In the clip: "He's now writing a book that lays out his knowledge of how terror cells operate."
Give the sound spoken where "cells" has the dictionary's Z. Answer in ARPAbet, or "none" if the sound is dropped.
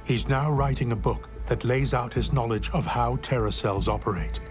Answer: Z